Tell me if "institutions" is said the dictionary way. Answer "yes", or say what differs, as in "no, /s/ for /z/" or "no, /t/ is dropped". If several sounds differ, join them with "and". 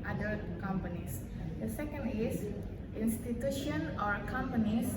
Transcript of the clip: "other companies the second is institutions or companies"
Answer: no, /z/ is dropped